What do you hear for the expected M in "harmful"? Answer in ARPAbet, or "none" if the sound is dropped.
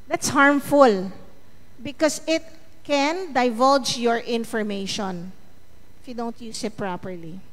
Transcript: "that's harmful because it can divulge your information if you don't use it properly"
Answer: M